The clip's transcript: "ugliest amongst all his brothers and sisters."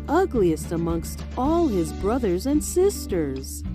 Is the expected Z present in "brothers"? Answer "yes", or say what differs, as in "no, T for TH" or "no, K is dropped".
yes